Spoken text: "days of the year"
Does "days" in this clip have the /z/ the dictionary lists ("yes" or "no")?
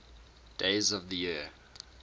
yes